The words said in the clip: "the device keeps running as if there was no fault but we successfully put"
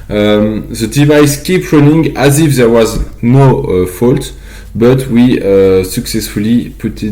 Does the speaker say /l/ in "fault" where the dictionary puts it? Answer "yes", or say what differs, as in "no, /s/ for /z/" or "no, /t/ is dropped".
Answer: yes